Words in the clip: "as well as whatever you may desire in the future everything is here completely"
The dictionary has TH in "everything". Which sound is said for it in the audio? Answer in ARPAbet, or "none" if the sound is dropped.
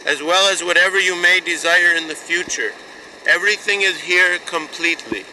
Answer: TH